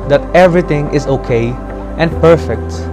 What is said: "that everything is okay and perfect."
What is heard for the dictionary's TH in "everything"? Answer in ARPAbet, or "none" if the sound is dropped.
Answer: T